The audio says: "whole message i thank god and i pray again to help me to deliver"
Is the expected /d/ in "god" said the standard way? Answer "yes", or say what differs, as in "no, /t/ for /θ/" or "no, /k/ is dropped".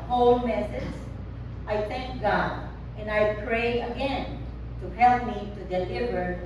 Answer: yes